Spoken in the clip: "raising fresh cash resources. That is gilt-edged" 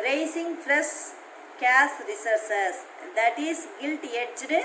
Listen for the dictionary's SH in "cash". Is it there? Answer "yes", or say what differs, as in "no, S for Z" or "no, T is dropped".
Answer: no, S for SH